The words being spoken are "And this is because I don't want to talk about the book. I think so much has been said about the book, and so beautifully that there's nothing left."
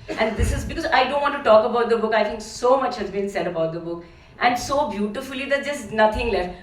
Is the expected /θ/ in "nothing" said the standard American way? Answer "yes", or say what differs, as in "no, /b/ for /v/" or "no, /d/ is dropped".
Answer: no, /t/ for /θ/